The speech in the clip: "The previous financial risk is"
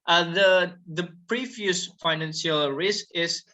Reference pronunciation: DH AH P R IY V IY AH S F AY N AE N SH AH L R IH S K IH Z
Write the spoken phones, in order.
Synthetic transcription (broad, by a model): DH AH P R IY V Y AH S F AY N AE N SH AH L R IH S K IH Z